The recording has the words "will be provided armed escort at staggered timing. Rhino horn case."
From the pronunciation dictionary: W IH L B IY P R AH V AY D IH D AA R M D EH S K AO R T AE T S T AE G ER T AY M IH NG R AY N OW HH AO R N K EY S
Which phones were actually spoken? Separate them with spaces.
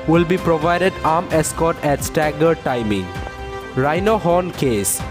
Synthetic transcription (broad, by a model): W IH L B IY P R AH V AY D IH D AA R M EH S K AO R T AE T S T AE G ER T AY M IH NG R AY N OW HH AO N K EY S